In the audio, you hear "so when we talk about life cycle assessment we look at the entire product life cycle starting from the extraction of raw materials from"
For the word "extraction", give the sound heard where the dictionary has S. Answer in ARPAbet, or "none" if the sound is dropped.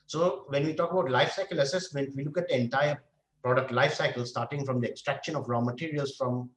S